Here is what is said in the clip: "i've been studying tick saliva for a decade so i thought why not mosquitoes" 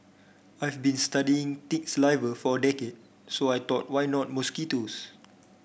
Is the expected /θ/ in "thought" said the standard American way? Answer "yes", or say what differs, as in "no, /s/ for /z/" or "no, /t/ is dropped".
no, /t/ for /θ/